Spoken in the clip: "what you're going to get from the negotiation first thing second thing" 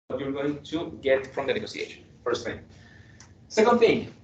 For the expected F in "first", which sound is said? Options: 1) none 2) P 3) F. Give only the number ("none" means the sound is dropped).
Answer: 3